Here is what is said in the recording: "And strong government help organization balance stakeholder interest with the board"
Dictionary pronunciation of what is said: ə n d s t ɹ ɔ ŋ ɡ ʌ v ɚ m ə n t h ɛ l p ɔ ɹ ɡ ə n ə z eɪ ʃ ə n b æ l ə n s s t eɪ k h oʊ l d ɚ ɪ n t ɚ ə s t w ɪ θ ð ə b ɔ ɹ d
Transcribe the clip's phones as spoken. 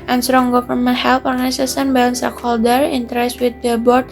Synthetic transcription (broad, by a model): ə n s t ɹ ɔ ŋ ɡ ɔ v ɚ m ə n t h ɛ l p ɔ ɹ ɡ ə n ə s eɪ s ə n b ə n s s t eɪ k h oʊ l d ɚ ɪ n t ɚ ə s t w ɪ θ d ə b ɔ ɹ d